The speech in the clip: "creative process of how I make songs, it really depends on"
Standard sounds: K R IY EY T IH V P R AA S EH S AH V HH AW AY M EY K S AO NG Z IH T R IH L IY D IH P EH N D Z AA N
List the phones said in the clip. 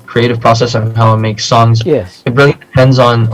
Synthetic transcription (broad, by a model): K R IY EY T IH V P R AA S EH S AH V HH AW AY M EY K S AO NG Z IH T R IH L IY D IH P EH N D Z N